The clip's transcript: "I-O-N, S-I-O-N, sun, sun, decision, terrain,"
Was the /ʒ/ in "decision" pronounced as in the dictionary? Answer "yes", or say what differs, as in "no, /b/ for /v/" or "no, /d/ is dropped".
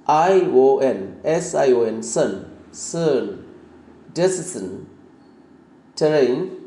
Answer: no, /s/ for /ʒ/